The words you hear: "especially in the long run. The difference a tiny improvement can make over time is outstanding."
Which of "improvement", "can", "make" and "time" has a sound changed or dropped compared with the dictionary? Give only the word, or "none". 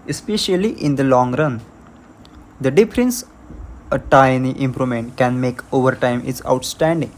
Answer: improvement